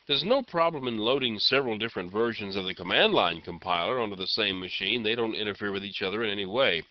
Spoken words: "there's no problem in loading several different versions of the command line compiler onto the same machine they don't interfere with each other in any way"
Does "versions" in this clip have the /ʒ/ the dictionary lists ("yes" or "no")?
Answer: yes